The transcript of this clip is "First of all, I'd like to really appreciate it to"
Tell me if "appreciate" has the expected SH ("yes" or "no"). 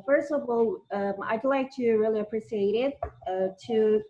no